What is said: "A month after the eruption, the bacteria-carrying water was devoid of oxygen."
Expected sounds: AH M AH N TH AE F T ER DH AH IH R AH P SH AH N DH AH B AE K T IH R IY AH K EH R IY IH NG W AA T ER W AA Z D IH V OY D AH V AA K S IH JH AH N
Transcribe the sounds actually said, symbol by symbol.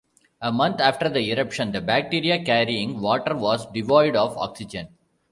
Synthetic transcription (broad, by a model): AH M AH N T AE F T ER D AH IH R AH P SH AH N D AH B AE K T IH R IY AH K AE R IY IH NG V AA T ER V AA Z D IH V OY D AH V AA K S IH JH AH N